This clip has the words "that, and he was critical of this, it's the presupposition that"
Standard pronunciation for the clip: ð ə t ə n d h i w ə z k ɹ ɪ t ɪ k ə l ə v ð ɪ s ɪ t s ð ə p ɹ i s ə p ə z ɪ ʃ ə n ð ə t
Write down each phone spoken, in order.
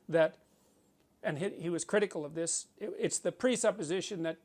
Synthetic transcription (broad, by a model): ð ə t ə n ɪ h i w ə z k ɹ ɪ t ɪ k l ə v ð ɪ s ɪ t s ð ə p ɹ i s ə p ə z ɪ ʃ ə n ð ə t